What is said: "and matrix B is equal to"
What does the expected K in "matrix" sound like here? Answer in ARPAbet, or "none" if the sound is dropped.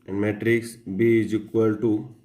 K